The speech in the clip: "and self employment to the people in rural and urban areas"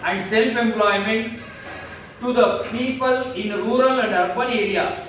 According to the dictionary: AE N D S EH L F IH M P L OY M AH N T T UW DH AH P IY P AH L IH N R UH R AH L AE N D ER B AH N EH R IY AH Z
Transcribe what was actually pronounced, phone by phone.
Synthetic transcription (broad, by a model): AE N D S EH L F IH M P L OY M AH N T T UW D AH P IY P AH L IH N R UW R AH L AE N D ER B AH L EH R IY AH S